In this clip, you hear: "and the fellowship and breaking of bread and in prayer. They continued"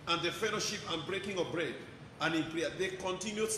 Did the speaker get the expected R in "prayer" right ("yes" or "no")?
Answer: no